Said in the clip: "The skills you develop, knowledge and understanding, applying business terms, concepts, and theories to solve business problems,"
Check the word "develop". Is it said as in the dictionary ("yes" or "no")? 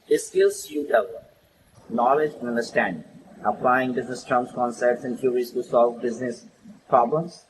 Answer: no